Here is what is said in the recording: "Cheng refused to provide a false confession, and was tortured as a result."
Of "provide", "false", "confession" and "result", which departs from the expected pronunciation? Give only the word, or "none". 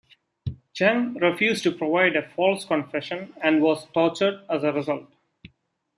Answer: none